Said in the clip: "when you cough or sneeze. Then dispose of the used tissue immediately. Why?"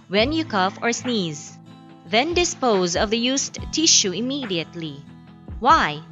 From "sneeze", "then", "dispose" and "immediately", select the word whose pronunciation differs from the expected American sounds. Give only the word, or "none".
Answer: none